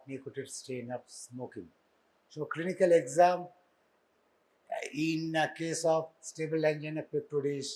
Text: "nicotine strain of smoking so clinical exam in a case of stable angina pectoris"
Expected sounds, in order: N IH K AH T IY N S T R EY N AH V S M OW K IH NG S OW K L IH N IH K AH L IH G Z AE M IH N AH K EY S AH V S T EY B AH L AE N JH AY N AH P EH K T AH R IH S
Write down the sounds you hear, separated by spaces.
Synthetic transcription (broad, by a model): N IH K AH T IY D S T EY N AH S S M OW K IH NG S OW K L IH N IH K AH L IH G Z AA M IH N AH K EY S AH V S T EY B AH L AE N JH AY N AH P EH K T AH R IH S